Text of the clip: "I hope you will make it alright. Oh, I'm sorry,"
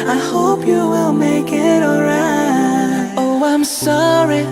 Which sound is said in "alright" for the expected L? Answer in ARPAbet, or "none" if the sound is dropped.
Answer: none